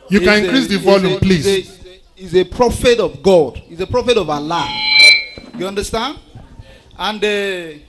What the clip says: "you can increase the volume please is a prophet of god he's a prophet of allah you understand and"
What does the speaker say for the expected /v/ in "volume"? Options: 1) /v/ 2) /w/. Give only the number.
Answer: 1